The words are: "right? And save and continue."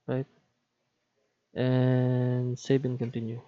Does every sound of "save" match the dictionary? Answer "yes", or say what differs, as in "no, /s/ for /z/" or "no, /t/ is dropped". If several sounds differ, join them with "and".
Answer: no, /b/ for /v/